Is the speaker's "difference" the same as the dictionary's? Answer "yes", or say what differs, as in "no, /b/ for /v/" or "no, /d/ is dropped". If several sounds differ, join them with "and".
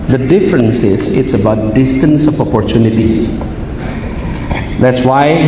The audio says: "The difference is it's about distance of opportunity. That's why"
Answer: yes